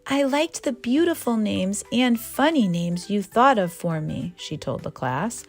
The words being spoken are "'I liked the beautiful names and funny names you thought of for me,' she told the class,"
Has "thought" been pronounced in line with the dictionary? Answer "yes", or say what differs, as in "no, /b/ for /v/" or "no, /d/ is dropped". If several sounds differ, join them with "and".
yes